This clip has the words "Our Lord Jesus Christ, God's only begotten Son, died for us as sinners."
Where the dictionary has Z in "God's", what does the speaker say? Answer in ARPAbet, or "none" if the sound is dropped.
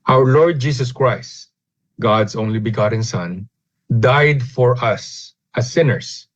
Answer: S